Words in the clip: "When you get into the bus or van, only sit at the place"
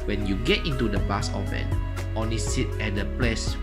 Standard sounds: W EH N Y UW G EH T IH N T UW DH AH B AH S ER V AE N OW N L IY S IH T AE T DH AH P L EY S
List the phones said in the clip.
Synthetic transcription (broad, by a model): W EH N Y UW G EH T IH N T UW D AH B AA S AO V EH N OW N L IY S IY T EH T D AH P L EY S